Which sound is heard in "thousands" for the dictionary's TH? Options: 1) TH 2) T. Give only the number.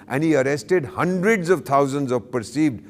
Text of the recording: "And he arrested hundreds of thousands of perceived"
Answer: 2